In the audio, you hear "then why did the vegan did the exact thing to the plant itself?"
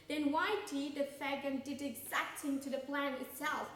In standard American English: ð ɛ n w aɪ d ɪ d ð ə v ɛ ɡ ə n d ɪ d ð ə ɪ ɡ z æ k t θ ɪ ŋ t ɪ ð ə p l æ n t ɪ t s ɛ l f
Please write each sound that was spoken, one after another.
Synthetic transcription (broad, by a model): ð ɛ n w aɪ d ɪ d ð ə f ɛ ɡ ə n d ɪ d ɪ ɡ z æ k t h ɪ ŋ t ɪ ð ə p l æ n ɪ t s ɛ l f